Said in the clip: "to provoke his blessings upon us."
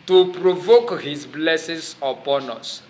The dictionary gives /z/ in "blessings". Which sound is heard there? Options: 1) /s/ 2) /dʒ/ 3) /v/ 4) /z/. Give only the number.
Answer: 1